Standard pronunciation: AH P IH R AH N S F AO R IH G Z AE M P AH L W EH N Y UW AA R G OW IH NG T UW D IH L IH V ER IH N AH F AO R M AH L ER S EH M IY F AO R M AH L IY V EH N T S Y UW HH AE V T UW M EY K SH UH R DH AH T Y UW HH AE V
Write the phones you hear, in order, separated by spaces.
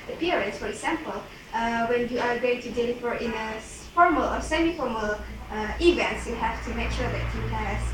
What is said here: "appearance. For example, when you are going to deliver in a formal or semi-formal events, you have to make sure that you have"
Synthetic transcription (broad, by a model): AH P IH R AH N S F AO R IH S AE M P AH L W EH N Y UW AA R G OW IH NG T UW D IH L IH F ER IH N AH F AO R M AH L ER S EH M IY F AO R M AH L IY V EH N T S Y UW HH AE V T UW M EY K SH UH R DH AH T Y UW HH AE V